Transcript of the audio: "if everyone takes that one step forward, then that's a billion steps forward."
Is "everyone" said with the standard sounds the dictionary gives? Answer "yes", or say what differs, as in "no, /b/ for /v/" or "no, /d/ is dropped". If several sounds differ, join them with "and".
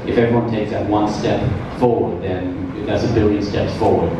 no, /ɹ/ is dropped